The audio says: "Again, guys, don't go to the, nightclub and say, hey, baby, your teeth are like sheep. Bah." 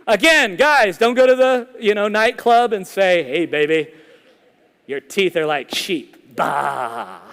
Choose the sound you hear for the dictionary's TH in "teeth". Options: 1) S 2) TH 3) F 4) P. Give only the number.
2